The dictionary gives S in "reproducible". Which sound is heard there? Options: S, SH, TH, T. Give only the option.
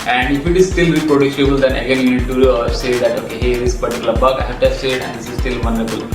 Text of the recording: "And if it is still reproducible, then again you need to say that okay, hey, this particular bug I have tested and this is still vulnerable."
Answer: SH